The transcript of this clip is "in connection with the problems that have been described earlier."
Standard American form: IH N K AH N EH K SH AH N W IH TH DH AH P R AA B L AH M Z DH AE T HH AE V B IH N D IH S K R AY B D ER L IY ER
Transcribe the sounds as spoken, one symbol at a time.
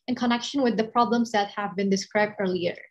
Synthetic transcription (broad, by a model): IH N K AH N EH K SH AH N W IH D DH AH P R AA B L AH M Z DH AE T HH AE V B IH N D IH S K R AY B D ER L IY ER